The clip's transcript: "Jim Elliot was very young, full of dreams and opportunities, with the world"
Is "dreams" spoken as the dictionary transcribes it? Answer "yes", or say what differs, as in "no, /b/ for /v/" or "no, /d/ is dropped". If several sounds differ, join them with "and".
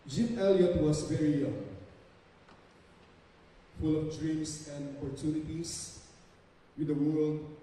no, /s/ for /z/